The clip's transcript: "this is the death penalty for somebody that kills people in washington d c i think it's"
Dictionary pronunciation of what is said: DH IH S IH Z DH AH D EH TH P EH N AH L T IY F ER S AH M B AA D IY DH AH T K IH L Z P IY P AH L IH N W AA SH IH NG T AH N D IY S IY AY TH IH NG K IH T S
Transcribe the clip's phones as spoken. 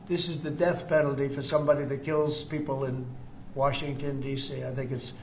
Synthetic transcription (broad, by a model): DH IH S IH Z DH AH D EH TH P EH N L T IY F ER S AH M B AA D IY DH AH T K IH L Z P IY P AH L IH N W AA SH IH NG T AH N D IY S IY AY TH IH NG K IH T S